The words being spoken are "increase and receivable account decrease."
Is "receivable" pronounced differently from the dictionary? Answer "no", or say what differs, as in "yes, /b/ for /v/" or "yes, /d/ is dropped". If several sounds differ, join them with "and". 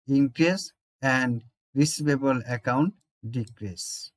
yes, /b/ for /v/